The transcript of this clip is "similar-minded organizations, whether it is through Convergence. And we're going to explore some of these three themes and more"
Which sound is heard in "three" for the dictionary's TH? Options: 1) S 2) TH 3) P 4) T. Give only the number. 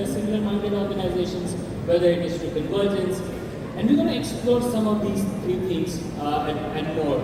4